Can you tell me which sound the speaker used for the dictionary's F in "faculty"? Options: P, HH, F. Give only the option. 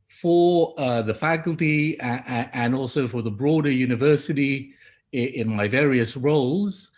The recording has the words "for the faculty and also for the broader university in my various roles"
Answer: F